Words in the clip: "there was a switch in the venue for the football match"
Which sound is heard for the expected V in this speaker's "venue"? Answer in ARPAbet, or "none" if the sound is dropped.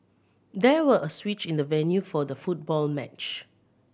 V